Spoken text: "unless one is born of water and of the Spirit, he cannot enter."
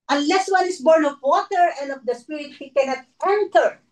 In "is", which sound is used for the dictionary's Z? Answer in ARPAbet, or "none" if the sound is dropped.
S